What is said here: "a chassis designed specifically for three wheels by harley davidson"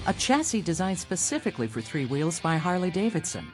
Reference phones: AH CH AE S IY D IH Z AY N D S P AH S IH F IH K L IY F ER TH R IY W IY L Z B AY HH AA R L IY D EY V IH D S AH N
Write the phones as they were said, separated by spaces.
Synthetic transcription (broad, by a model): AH CH AE S IY D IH Z AY N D S P AH S IH F IH K L IY F ER TH R IY W IY L Z B AY HH AA R L IY D EY V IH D S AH N